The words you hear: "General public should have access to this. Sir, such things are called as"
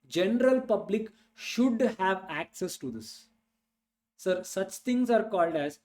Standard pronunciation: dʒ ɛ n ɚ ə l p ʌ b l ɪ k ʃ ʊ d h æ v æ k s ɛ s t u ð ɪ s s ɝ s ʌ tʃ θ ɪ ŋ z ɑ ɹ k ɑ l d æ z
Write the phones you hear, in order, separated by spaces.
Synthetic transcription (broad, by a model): dʒ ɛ n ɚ ə l p ʌ b l ɪ k ʃ ʊ d h æ v æ k s ɛ s t u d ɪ s s ɝ s ʌ tʃ t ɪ ŋ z ɑ ɹ k ɑ l d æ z